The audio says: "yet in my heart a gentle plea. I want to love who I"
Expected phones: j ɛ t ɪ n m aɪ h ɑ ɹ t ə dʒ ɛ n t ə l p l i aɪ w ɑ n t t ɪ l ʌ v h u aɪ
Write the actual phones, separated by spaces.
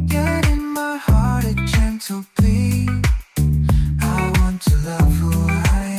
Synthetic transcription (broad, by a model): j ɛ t ɪ n m aɪ h ɑ ɹ t ə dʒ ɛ n t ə l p i aɪ w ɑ n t t ɪ l ʌ v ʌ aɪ